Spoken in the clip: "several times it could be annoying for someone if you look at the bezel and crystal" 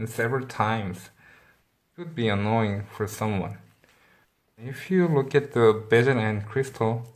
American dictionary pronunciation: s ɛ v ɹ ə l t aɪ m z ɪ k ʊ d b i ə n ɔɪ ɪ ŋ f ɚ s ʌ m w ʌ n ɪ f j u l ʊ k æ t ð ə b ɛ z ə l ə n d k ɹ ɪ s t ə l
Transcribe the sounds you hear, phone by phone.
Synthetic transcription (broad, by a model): s ɛ v ɹ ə l t aɪ m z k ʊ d b i ə n ɔɪ ɪ ŋ f ɚ s ʌ m w ʌ n ɪ f j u l ʊ k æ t ð ə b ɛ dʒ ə n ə n k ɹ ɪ s t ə l